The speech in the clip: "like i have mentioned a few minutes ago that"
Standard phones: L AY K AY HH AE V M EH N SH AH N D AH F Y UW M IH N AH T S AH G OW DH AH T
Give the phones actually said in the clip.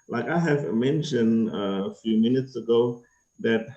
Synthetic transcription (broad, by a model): L AY K AY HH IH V M EH N SH AH N D AH F Y UW M IH N AH T S AH G OW DH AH T